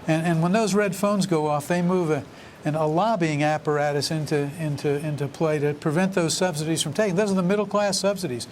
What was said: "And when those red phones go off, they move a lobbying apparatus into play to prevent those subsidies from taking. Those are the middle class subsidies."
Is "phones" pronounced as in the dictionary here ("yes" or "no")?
yes